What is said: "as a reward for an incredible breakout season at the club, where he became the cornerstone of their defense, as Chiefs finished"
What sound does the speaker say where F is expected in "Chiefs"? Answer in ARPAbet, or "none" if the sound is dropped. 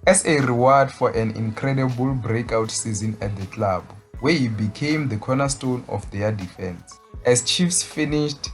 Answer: F